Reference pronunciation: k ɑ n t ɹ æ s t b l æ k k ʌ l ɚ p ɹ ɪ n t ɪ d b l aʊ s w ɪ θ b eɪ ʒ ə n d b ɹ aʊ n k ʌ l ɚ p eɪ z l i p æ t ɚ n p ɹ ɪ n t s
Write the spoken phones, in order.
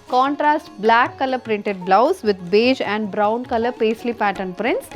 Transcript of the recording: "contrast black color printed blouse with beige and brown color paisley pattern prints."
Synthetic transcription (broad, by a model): k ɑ n t ɹ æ s t b l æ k k ʌ l ɚ p ɹ ɪ n t ɪ d b l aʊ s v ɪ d b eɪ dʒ ə n d b ɹ aʊ n k ʌ l ɚ p eɪ s l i p æ t ɚ n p ɹ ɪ n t s